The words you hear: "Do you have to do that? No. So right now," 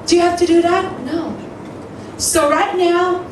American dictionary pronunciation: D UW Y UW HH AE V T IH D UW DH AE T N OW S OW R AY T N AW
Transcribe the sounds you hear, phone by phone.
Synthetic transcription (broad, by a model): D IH Y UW HH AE F T IH D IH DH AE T N OW S OW R AY T N AW